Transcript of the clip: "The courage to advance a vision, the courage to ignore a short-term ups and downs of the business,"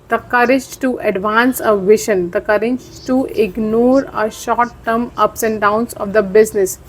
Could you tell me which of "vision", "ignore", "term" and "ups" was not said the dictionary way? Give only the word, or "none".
vision